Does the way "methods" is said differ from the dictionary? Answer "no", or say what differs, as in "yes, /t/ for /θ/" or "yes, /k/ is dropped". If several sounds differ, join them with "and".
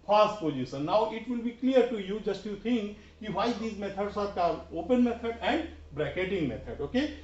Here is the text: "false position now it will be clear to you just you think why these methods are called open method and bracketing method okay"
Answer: yes, /t/ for /θ/ and /s/ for /z/